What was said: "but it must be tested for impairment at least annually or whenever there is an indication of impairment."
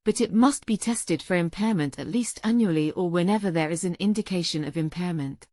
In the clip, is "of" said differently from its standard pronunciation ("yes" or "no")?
no